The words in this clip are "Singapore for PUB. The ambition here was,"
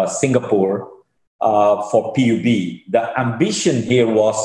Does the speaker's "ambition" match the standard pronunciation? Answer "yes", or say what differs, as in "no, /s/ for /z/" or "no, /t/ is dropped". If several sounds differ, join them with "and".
yes